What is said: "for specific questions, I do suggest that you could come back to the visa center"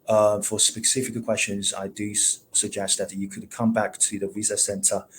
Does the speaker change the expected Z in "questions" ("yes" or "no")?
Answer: no